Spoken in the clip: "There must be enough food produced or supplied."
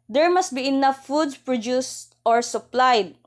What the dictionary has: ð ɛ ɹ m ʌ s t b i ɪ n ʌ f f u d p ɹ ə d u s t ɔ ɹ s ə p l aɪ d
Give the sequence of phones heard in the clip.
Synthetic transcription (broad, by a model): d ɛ ɹ m ʌ s t b i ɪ n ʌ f f u d p ɹ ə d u s t ɔ ɹ s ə p l aɪ d